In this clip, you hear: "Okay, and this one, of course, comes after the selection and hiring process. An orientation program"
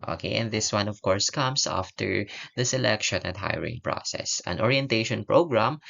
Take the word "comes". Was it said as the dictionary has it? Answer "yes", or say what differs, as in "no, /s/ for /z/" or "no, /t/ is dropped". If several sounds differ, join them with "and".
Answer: no, /s/ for /z/